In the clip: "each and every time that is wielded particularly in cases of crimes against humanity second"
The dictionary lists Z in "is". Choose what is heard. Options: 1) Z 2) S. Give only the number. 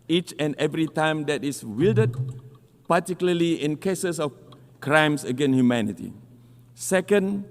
2